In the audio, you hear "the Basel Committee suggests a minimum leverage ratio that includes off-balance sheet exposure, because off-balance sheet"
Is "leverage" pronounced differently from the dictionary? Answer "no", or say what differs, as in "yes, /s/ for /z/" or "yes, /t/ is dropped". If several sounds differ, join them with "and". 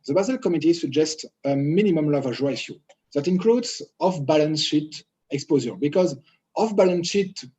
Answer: yes, /ɹ/ is dropped